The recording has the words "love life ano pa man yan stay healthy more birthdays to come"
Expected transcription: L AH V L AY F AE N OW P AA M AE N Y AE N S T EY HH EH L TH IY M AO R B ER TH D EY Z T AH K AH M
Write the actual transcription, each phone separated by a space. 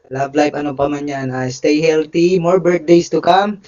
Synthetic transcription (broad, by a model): L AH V L AY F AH N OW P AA M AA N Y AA N S T EY HH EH L T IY M AO R B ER T D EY S T AH K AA M